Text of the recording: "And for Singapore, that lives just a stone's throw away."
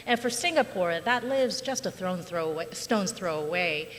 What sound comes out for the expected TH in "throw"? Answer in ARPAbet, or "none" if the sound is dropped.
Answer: TH